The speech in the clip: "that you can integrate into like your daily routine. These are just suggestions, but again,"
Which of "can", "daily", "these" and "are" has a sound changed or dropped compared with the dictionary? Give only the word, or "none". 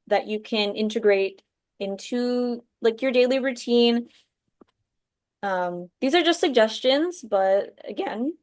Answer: none